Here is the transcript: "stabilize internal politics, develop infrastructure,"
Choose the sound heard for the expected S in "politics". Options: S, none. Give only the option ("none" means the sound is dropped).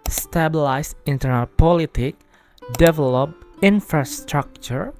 none